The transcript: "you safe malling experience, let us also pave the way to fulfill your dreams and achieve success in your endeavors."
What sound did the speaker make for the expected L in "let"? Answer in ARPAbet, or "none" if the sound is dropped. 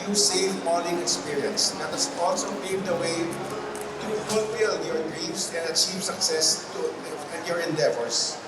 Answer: N